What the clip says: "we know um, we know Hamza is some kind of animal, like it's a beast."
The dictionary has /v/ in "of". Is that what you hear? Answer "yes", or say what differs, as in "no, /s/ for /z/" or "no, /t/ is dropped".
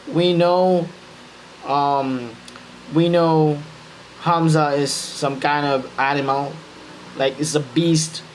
yes